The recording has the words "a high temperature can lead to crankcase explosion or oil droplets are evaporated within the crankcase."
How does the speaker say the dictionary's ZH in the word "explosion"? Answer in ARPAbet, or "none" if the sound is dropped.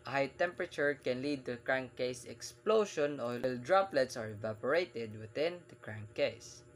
SH